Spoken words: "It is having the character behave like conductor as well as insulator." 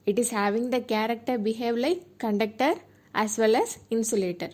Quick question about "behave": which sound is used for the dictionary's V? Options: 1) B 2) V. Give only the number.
2